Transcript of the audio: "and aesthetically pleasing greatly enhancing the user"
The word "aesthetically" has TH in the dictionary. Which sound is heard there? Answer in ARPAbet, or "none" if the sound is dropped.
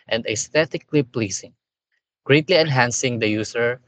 T